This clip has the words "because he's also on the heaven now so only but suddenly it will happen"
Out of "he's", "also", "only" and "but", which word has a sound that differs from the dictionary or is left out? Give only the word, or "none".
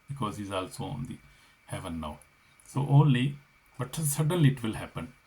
none